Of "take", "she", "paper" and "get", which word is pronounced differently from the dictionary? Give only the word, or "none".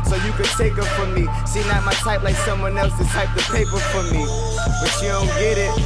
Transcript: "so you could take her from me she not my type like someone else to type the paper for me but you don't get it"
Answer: she